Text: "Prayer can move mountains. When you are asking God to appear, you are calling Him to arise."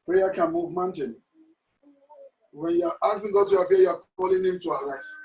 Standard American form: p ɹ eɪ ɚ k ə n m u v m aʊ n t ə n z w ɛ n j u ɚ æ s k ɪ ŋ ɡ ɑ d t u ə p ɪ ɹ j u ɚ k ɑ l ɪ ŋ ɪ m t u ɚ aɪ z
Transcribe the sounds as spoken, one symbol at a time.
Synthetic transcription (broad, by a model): p ɹ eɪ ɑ k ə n m u v m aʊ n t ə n w ɛ n j u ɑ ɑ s ɪ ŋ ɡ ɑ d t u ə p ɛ j u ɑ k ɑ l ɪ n ɪ m t u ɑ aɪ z